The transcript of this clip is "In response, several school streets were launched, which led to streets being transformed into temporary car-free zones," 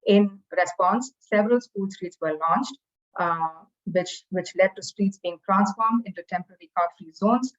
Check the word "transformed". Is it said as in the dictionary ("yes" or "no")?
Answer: yes